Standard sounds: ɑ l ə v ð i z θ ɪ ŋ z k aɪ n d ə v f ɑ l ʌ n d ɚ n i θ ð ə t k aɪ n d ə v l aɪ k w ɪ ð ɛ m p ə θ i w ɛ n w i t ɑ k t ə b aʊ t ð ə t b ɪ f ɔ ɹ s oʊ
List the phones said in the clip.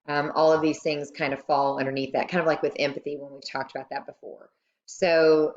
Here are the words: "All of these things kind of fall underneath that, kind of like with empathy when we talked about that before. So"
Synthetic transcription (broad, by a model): ɑ l ə v ð i z θ ɪ ŋ z k aɪ n d ə v f ɑ l ʌ n d ɚ n i θ ð ə t k aɪ n d v l aɪ k w ɪ ð ɛ m p ə θ i w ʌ n w i t ɑ k t ə b aʊ t ð ə t b ɪ f ɔ ɹ s oʊ